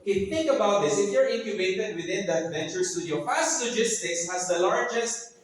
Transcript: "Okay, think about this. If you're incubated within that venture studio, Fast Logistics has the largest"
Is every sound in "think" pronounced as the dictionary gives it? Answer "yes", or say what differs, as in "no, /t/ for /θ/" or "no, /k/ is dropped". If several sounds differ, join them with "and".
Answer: yes